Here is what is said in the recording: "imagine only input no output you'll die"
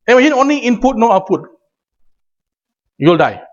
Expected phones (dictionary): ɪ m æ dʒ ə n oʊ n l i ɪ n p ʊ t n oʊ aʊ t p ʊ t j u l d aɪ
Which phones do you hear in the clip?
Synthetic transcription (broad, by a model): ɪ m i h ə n oʊ n l i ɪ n p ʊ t n oʊ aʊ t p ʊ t j u l d aɪ